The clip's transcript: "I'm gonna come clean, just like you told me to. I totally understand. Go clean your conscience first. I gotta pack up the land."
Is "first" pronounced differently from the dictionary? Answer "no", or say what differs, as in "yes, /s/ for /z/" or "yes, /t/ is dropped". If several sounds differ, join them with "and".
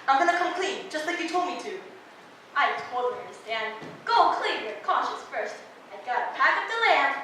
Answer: no